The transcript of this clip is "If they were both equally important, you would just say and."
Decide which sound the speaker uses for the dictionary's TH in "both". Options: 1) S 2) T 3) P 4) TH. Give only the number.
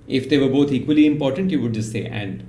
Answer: 2